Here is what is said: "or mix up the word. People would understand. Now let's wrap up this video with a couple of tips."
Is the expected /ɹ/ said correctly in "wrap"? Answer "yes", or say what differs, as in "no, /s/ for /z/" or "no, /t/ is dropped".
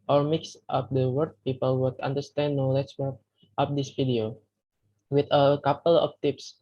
no, /w/ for /ɹ/